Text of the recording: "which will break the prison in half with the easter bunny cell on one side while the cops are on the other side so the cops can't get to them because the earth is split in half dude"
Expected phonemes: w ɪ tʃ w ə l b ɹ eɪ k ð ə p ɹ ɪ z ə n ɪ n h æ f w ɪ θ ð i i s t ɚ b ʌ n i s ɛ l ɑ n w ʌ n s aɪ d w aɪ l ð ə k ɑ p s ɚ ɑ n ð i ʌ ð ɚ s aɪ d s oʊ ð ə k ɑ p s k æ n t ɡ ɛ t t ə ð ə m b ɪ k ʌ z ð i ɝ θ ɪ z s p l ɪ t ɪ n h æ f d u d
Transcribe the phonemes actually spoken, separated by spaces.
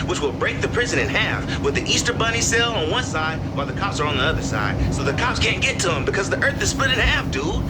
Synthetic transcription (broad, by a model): w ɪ tʃ w ə l b ɹ eɪ k ð ə p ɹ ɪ z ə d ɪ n h æ f w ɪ ð i i s t ɚ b ʌ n i s ɛ l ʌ n w ʌ n s aɪ d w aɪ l ð ə k ɑ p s ɚ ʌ n ð i ʌ ð ɚ s aɪ d s oʊ ð ə k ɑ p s k æ n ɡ ɛ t t ə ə m b ɪ k ʌ z ð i ɝ θ ɪ z s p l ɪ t ɪ n h æ f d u